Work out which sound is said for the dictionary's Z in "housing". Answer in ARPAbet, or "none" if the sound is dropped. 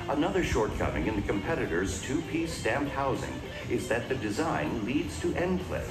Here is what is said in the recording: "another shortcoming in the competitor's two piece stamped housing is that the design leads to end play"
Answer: Z